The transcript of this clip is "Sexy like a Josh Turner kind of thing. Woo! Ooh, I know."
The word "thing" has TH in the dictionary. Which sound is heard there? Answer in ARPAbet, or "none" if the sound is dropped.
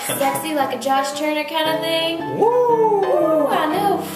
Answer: TH